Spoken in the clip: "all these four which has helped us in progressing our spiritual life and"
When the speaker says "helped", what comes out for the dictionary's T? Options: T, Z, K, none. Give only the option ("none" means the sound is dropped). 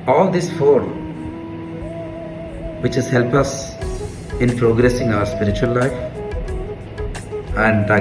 none